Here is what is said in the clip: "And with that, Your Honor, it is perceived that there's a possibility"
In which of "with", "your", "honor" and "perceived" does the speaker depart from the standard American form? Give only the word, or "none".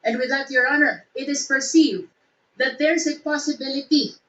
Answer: none